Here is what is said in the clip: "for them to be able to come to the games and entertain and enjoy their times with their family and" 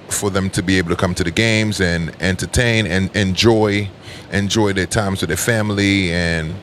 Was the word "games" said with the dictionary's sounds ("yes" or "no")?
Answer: yes